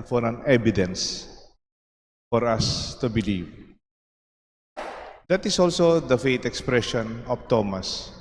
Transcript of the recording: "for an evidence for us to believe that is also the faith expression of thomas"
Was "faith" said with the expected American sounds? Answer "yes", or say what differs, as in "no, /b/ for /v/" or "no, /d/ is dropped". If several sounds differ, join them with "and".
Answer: no, /t/ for /θ/